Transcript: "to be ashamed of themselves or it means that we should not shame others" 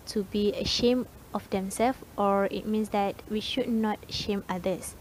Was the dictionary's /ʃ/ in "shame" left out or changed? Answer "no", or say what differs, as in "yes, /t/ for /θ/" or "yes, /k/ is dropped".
no